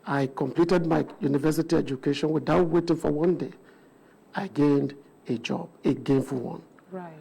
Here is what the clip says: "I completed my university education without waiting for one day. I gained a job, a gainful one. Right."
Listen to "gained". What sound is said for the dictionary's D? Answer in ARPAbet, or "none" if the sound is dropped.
D